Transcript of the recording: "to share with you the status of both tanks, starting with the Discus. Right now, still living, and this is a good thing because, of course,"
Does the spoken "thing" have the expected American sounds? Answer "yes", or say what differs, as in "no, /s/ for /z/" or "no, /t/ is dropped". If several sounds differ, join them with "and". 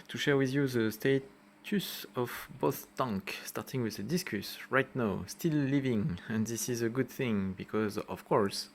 yes